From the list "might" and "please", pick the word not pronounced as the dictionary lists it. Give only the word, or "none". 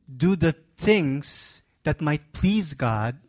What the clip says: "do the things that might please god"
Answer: none